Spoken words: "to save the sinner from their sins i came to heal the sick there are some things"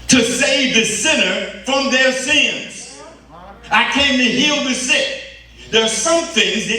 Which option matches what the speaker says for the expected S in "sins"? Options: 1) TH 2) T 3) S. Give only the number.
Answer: 3